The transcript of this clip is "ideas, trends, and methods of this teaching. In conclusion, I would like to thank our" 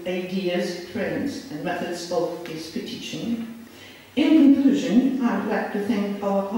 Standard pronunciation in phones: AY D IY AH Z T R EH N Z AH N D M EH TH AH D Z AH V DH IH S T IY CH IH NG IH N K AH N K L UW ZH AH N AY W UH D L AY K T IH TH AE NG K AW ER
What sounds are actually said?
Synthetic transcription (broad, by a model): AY D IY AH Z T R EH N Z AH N M EH TH AH D Z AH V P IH T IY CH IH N IH N K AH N K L UW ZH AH N AY W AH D L AY K T IH TH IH NG K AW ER